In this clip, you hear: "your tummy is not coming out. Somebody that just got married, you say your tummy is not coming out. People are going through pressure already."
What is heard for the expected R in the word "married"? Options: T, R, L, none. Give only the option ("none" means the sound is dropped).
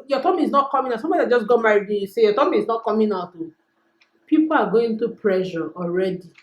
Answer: none